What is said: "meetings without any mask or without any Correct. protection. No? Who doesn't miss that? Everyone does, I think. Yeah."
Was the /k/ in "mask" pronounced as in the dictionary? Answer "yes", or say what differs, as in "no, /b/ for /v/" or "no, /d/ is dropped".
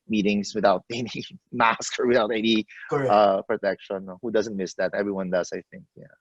yes